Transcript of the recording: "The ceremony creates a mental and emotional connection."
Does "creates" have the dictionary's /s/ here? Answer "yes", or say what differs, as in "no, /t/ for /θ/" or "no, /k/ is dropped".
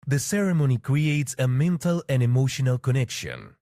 yes